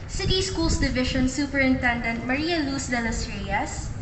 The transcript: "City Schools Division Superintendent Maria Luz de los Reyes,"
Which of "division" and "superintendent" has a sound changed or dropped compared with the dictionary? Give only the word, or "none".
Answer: division